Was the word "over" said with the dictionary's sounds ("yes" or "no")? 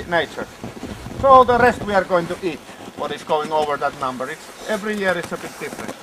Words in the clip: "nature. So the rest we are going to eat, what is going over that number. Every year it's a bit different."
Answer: yes